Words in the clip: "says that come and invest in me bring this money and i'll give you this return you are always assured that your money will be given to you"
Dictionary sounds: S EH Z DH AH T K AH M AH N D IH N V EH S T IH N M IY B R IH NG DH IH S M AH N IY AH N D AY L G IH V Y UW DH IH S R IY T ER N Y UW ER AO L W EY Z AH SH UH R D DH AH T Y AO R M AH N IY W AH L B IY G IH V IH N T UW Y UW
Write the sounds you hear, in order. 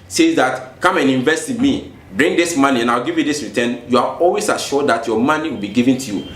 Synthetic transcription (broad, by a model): S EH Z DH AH T K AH M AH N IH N V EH S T IH N M IY B R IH NG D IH S M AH N IY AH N AY W G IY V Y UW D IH S R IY T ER N Y UW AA AO L W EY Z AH SH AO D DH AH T Y AO M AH N IY W AH L B IY G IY V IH N T UW Y UW